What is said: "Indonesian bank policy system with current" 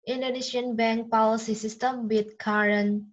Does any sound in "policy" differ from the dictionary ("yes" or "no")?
yes